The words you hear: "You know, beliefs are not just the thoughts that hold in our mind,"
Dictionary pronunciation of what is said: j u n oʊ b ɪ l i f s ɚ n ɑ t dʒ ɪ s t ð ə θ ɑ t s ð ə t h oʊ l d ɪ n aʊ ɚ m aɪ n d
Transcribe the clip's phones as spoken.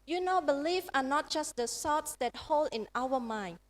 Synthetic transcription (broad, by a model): j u n oʊ b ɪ l i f ɑ n ɑ t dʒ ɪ s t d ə s ɑ t s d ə t h oʊ l d ɪ n aʊ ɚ m aɪ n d